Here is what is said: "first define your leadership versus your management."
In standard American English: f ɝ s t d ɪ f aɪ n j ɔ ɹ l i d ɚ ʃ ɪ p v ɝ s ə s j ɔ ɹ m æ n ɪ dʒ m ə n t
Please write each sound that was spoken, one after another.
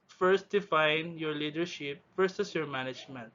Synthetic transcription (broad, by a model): f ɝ s t d ɪ f aɪ n j ɔ ɹ l i d ɚ ʃ ɪ p f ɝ s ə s j ɔ ɹ m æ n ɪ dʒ m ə n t